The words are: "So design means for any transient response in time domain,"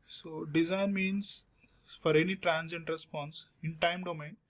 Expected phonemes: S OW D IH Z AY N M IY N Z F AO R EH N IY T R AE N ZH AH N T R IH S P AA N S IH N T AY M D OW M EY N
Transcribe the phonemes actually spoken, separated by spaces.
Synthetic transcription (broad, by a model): S OW D IH Z AY N M IY N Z F AO R EH N IY T R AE N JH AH N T R IH S P AA N S IH N T AY M D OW M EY N